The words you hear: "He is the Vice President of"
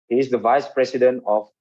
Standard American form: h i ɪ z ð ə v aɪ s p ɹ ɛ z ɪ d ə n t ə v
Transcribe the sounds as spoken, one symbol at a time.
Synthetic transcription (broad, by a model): h i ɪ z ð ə v aɪ s p ɹ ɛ s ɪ d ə n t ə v